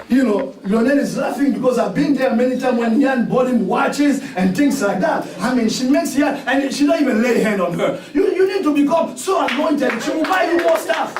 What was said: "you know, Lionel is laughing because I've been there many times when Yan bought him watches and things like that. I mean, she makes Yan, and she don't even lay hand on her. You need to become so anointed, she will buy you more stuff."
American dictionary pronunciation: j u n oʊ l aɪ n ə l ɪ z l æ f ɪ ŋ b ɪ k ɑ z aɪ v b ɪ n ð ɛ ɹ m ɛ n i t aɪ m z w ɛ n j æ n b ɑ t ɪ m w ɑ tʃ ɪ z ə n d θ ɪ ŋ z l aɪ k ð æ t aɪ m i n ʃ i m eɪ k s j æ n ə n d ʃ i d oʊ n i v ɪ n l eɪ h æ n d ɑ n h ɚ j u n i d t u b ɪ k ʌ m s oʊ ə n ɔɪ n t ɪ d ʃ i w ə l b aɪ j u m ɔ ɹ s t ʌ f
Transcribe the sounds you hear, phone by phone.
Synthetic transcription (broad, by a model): j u n oʊ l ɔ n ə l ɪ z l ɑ f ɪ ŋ b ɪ k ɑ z aɪ v b ɪ n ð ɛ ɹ m ɛ n i t aɪ m w ɛ n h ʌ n b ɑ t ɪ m w ɑ tʃ ɪ z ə n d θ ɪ ŋ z l aɪ k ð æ t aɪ m i n ʃ i m eɪ k s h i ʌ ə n ʃ i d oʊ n i v ɪ n l eɪ h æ n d ɑ n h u j u n i d t u b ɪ k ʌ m s oʊ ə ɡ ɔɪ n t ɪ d ʃ i w ə l b aɪ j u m ɔ s t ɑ f